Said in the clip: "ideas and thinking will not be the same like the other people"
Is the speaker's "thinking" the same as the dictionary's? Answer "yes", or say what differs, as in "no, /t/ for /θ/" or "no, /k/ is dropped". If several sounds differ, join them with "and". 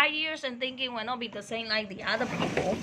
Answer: yes